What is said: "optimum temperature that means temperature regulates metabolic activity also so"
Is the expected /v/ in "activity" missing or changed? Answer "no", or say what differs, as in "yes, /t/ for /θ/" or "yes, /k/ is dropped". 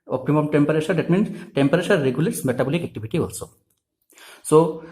yes, /b/ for /v/